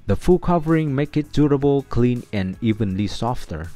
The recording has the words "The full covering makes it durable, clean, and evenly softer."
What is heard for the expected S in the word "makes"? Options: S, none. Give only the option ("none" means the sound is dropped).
none